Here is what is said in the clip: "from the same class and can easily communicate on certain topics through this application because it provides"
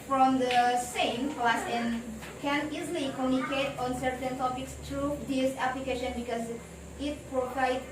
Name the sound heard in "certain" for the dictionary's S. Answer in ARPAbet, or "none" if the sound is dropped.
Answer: S